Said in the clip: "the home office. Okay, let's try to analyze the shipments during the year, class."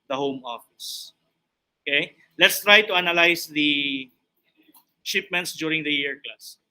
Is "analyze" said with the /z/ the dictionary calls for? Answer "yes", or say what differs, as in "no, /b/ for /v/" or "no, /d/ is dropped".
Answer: no, /s/ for /z/